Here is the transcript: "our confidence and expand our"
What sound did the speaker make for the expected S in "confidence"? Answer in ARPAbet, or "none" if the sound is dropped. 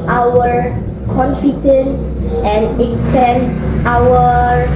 none